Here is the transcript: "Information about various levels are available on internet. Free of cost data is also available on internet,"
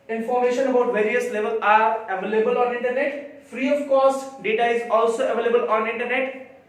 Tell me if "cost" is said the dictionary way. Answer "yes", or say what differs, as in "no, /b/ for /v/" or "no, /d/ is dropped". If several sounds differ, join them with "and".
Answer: yes